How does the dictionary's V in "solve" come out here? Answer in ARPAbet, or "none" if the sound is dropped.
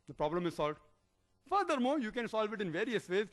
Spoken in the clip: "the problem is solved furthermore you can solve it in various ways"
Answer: V